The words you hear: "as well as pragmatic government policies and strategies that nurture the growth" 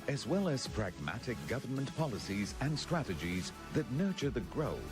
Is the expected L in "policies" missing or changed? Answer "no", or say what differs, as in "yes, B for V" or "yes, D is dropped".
no